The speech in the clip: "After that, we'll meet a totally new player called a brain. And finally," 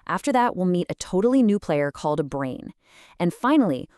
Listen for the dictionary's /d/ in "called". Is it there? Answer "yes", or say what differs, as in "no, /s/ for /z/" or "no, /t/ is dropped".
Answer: yes